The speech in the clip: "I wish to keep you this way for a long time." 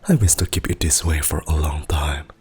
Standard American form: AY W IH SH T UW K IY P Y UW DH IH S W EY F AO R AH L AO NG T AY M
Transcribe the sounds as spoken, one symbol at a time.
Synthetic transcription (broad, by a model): AY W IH S T UW K IY P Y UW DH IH S W EY F AO R AH L AO NG T AY M